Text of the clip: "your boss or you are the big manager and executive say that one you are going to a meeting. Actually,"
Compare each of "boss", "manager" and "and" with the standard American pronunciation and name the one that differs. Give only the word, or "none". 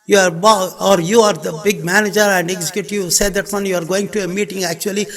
boss